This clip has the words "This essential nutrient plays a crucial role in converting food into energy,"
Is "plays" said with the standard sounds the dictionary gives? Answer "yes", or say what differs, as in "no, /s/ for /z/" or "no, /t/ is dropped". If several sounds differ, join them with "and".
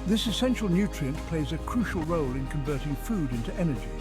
yes